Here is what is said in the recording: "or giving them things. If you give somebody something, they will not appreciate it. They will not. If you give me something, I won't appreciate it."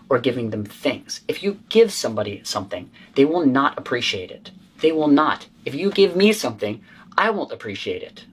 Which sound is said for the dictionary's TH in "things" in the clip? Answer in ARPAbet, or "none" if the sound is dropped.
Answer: TH